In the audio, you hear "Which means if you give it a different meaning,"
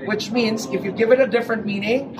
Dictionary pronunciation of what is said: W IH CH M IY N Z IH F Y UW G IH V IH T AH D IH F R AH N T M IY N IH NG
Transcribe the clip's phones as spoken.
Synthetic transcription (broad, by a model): W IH CH M IY N Z IH F Y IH G IH V IH T AH D IH F R AH N T M IY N IH NG